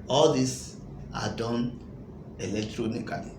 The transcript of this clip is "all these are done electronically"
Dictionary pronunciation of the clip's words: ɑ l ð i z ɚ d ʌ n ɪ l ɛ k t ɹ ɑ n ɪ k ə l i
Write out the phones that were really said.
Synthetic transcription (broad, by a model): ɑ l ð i s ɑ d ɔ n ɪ l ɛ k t ɹ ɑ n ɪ k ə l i